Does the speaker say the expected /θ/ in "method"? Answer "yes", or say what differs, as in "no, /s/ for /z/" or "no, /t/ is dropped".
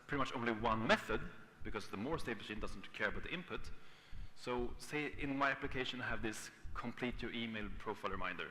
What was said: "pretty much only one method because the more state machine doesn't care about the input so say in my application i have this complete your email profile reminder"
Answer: yes